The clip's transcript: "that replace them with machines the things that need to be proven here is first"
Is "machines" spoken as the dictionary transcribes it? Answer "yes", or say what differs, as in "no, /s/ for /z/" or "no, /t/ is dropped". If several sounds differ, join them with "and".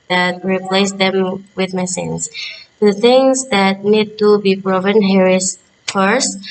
no, /s/ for /ʃ/